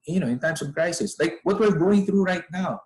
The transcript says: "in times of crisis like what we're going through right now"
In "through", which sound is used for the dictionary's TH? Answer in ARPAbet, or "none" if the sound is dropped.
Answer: TH